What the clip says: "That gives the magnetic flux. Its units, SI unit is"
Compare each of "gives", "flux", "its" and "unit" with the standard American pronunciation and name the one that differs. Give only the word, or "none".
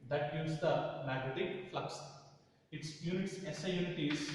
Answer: gives